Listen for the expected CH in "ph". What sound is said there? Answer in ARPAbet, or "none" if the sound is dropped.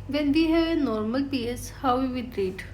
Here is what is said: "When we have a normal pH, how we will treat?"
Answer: S